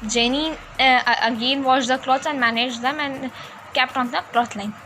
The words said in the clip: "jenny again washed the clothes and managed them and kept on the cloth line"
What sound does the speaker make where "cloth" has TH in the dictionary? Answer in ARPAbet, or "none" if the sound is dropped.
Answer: T